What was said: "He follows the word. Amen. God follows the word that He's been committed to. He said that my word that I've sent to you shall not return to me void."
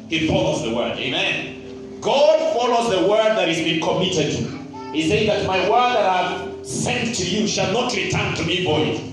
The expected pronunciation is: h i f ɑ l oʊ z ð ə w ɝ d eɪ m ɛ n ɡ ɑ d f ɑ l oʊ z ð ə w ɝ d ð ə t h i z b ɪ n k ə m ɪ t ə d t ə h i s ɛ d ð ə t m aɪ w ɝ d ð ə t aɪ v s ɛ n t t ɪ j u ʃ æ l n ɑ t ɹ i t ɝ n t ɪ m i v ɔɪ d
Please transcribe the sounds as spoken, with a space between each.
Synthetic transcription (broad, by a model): h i f ɑ l oʊ z ð ə w ɝ d eɪ m ɛ n ɡ ɑ d f ɑ l oʊ z ð ə w ɝ d ð ə t h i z b ɪ n k ə m ɪ t ə d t h i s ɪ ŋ ð ə t m aɪ w ɝ d ð ə t aɪ v s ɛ n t t ɪ j u ʃ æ l n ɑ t ɹ i t ɝ n t ɪ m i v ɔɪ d